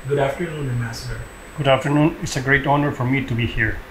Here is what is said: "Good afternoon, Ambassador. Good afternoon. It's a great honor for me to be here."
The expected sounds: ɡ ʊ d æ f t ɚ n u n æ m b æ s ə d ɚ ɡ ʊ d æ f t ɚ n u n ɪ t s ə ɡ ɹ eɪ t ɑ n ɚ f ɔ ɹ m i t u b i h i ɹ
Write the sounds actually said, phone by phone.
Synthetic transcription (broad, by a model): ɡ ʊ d æ f t ɚ n u n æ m æ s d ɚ ɡ ʊ d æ f t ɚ n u n ɪ t s ə ɡ ɹ eɪ t ɑ n ɚ f ɔ ɹ m i t u b i h i ɹ